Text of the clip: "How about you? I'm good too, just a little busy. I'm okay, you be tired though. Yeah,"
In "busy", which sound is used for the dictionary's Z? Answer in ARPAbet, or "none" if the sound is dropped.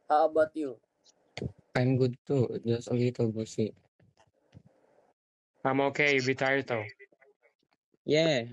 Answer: S